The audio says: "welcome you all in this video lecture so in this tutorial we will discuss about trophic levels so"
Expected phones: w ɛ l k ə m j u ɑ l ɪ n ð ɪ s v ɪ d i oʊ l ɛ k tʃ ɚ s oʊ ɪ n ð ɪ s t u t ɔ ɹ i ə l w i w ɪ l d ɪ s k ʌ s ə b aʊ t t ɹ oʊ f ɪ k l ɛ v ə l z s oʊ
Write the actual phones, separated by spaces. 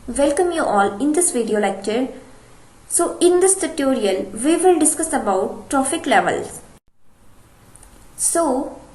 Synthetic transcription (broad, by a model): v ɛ l k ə m j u ɑ l ɪ n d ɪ s v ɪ d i oʊ l ɛ k tʃ ɚ s oʊ ɪ n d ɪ s t u t ɔ ɹ i ə l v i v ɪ l d ɪ s k ʌ s ə b aʊ t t ɹ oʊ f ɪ k l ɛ v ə l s s oʊ